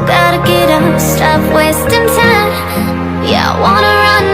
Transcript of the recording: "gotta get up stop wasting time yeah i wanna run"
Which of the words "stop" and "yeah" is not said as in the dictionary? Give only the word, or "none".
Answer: stop